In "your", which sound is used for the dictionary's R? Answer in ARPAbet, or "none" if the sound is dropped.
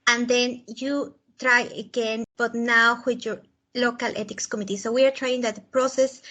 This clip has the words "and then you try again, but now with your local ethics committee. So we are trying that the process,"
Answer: R